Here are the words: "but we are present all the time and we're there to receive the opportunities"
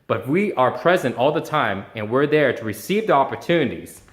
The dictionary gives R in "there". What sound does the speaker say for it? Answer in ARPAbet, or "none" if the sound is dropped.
R